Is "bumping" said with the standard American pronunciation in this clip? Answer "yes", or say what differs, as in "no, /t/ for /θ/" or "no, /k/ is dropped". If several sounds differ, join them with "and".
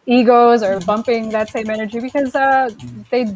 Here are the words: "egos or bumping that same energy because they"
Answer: yes